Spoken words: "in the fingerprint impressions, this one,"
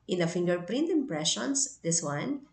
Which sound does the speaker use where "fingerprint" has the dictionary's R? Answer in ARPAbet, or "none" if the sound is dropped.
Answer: R